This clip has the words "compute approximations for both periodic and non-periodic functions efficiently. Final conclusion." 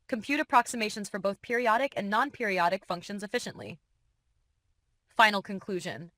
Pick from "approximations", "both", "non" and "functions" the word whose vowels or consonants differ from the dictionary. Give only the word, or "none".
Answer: none